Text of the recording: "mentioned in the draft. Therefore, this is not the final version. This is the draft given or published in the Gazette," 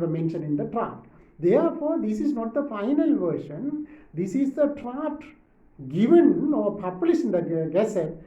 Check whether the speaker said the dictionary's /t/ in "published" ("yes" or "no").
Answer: no